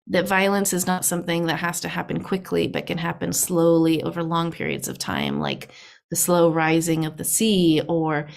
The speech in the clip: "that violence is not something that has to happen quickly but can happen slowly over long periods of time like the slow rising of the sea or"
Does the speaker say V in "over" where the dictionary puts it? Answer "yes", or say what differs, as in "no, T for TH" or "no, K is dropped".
yes